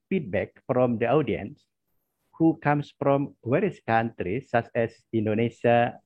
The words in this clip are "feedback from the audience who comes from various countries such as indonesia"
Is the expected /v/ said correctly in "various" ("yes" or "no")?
no